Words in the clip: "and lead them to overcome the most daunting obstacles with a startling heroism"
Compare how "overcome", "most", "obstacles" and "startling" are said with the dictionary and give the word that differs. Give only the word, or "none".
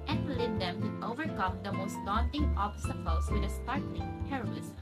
obstacles